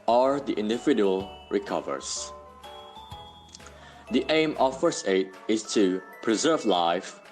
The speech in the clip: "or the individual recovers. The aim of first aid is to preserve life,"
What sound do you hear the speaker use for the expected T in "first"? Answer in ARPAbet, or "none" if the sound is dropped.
none